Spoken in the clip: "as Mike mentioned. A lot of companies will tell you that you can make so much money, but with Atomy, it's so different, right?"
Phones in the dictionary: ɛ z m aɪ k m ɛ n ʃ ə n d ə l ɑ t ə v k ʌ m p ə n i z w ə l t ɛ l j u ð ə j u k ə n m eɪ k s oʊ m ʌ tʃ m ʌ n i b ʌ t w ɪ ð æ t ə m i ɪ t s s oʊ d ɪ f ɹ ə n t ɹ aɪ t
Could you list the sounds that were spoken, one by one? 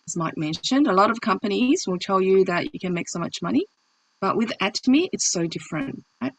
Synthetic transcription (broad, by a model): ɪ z m aɪ k m ɛ n ʃ ə n d ə l ɑ t ə v k ʌ m p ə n i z w ə l t ɛ l j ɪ ð ə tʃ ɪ k ə n m eɪ k s oʊ m ʌ tʃ m ʌ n i b ʌ t w ɪ ð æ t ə m i ɪ t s s oʊ d ɪ f ɹ ə n t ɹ aɪ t